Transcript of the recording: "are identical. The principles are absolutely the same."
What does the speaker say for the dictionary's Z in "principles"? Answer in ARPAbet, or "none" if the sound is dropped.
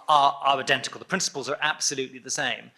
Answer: Z